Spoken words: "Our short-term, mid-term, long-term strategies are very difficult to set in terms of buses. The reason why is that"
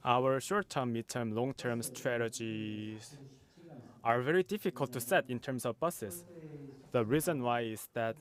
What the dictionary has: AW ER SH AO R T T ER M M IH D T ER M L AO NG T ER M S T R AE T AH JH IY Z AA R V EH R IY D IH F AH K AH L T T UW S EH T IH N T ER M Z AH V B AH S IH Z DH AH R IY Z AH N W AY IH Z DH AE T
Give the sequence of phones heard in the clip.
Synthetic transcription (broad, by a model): AW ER SH AO R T T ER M M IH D T ER M L AO NG T ER M S T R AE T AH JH IY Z AA R V EH R IY D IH F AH K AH L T T UW S EH T IH N T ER M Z AH V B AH S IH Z DH AH R IY Z AH N W AY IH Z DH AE T